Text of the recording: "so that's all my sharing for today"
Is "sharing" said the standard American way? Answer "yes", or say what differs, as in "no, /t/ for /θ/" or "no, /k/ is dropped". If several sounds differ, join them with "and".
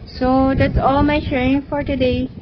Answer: no, /ɹ/ is dropped